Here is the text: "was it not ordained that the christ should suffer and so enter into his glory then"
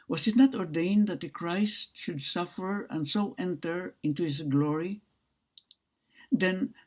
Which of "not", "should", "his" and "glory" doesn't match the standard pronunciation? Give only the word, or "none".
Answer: his